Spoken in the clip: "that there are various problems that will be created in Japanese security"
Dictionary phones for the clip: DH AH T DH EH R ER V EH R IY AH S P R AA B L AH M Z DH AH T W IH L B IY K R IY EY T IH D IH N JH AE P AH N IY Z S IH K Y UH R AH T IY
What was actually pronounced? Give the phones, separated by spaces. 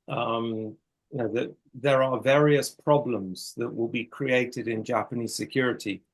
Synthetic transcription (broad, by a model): DH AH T DH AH R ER V EH R IY AH S P R AA B L AH M Z DH AH T W IH L B IY K R IY EY T IH D IH N JH AE P AH N IY Z S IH K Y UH R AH T IY